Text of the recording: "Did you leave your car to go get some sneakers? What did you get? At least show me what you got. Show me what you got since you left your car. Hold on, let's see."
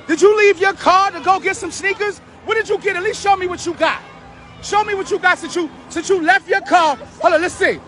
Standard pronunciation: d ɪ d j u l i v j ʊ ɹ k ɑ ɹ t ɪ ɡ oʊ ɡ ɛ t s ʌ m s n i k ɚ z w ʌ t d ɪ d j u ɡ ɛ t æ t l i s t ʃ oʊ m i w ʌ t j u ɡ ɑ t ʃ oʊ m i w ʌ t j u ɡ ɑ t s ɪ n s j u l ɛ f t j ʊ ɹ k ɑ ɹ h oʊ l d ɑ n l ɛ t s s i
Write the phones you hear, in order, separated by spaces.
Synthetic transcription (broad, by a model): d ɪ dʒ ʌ l i v j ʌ ɹ k ɑ ɹ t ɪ ɡ oʊ ɡ ɛ t s ʌ m s n i k ɚ z w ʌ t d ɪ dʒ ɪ ɡ ɛ t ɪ t l i s t ʃ oʊ m i w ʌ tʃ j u ɡ ɑ t ʃ oʊ m i w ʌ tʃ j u ɡ ɑ t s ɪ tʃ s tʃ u l ɛ f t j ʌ ɹ k ɑ ɹ h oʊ l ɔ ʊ l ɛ t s s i